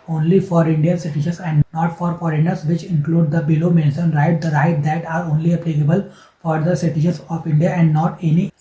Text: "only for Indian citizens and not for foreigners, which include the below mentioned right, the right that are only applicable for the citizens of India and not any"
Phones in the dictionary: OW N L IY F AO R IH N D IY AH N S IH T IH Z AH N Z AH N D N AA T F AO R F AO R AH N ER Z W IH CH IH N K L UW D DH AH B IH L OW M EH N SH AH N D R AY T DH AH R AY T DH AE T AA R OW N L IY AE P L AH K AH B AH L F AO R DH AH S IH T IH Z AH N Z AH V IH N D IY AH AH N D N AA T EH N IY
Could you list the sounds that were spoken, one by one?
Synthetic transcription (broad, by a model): OW N L IY F AO R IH N D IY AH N S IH T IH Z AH N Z AH N D N AA T F AO R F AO R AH N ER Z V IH CH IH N K L UW D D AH B IH L OW M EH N S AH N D R AY T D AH R AY T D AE T AA R OW N L IY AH P L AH K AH B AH L F AO R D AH S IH T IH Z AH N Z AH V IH N D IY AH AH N D N AA T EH N IY